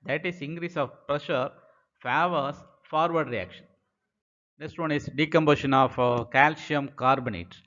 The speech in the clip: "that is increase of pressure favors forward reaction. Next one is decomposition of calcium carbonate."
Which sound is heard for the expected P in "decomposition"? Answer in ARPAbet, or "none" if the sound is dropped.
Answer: B